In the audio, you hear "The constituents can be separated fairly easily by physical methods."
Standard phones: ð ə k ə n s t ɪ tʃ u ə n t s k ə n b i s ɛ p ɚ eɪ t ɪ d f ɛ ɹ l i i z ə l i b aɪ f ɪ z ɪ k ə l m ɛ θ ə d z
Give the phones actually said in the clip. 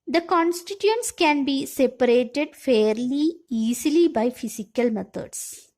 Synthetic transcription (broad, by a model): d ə k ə n s t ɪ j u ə n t s k ə n b i s ɛ p ɚ eɪ t ɪ d f ɛ ɹ l i i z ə l i b aɪ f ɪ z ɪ k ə l m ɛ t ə d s